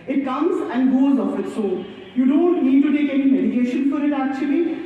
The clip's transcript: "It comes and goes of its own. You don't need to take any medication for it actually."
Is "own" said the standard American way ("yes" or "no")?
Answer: no